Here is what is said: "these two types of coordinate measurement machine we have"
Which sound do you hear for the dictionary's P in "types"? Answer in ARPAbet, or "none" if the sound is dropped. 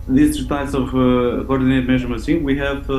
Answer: none